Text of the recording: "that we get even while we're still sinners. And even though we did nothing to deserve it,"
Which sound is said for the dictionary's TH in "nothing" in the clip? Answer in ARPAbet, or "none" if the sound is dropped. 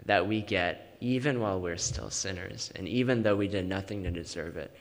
TH